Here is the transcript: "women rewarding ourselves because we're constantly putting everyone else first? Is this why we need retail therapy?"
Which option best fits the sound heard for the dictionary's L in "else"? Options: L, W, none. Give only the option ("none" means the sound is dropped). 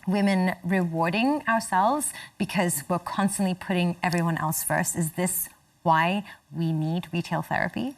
L